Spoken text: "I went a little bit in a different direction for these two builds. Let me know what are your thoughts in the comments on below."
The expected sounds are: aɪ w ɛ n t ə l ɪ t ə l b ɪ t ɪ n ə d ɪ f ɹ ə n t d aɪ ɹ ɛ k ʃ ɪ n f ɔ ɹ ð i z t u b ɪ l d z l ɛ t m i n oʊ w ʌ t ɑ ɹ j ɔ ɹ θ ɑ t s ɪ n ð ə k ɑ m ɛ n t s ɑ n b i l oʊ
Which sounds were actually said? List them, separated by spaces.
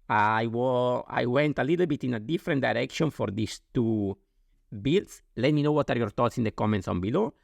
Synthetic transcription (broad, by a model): aɪ w ɛ n t ə l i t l b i t ɪ n ə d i f ɹ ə n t d aɪ ɹ ɛ k ʃ ɪ n f ɔ ɹ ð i s t u b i l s l ɛ t m i n oʊ w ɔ t ɑ ɹ j ɔ ɹ t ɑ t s ɪ n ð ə k ɑ m ɛ n t s ɑ n b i l oʊ